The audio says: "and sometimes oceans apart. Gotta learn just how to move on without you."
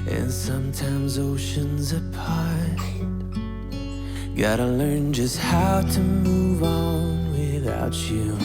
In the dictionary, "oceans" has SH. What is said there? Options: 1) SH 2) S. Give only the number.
1